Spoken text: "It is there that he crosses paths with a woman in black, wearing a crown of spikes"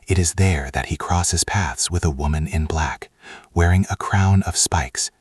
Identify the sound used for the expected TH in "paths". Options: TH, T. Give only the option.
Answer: TH